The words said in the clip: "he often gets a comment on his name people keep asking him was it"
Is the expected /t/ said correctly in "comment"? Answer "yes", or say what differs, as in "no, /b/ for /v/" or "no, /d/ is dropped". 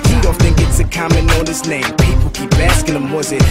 no, /t/ is dropped